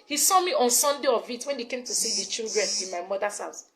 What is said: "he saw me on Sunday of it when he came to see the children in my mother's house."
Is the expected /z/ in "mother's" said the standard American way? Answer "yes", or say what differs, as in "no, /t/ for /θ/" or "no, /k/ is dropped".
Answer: no, /s/ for /z/